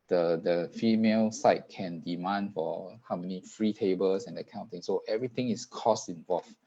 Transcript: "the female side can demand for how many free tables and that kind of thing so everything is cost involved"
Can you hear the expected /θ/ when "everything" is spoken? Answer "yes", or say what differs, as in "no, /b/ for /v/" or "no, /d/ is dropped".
no, /t/ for /θ/